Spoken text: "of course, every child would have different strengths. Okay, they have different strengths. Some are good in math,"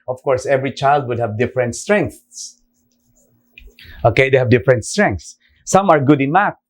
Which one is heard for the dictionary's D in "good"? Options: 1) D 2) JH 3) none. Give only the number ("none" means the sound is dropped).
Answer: 1